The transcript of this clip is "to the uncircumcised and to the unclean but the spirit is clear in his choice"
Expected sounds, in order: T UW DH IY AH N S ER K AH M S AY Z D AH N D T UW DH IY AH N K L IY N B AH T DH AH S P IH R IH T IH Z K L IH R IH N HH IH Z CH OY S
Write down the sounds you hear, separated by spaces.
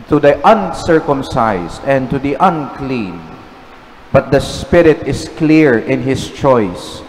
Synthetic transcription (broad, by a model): T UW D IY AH N S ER K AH M S AY S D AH N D T UW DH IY AH N K L IY N B AH T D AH S P IH R IH T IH S K L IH R IH N HH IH S CH OY S